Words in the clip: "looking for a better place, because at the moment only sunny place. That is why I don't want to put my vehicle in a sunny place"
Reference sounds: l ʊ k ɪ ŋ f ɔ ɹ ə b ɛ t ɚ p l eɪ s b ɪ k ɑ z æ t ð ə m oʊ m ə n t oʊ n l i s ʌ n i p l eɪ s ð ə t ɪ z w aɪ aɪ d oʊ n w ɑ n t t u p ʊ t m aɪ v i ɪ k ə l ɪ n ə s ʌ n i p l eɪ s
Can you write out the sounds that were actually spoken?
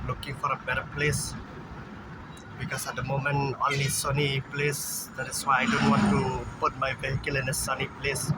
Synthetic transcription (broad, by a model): l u k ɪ ŋ f ɔ ɹ ə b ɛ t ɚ p l eɪ s b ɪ k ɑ s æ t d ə m oʊ m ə n oʊ n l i s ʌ n i p l eɪ s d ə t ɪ s w aɪ aɪ d oʊ n w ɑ n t t u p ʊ t m aɪ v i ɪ k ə l ɪ n ə s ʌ n i p l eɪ s